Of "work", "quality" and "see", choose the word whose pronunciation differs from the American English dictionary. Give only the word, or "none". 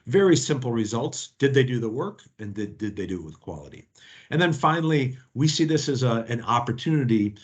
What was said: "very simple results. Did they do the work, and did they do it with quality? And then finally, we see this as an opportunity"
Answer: none